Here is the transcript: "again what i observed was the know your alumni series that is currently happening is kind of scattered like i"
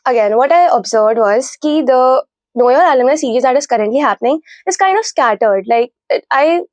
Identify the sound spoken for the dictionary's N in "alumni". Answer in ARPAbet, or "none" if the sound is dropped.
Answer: none